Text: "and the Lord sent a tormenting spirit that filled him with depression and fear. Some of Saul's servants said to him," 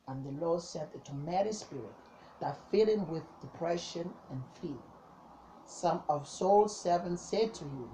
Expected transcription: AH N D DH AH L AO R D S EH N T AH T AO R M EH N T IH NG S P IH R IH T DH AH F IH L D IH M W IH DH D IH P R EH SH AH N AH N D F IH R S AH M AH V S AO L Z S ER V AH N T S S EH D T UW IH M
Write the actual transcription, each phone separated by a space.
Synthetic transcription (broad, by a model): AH N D DH AH L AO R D S EH N T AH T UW M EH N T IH S P IH R IH T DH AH F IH L IH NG W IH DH D IH P R EH SH AH N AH N F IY L S AH M AH V S AO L S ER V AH N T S S EH D T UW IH